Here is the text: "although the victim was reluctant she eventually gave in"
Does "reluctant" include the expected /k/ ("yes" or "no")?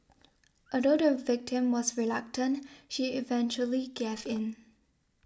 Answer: yes